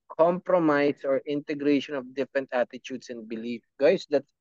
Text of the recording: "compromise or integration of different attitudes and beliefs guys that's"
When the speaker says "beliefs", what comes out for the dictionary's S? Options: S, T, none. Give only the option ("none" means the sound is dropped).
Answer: none